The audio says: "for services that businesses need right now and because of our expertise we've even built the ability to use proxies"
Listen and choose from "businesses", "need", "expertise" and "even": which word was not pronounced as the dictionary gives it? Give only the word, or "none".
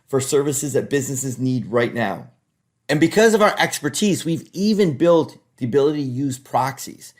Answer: none